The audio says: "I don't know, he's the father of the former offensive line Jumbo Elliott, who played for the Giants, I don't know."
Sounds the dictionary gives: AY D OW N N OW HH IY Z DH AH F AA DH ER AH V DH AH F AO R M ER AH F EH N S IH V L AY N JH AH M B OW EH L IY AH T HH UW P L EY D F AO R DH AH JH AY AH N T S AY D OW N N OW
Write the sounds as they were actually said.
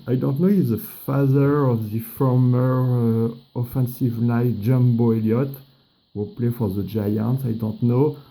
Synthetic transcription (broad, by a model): AY D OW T N OW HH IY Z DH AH F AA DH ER AH V DH AH F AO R M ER AH F EH N S IH V N AY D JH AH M B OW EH L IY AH T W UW P L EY F AO R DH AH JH AY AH N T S AY D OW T N OW